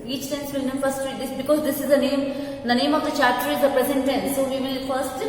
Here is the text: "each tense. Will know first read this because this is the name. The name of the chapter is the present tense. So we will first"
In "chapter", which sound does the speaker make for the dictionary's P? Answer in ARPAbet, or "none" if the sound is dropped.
none